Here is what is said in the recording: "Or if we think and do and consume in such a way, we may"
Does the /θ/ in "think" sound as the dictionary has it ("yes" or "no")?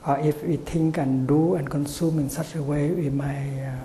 no